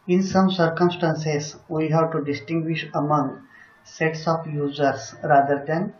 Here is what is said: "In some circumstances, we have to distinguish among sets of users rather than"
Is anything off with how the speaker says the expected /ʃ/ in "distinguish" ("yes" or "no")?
no